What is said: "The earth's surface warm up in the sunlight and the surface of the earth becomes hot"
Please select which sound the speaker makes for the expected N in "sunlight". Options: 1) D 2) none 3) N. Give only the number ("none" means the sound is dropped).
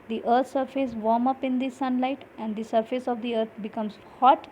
3